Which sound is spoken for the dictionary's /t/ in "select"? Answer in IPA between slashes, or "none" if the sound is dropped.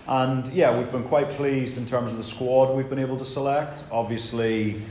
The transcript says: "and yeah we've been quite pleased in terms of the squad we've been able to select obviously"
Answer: /t/